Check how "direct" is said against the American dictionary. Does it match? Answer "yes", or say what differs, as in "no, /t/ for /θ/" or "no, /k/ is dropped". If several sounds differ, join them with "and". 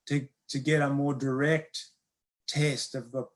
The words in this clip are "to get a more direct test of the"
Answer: yes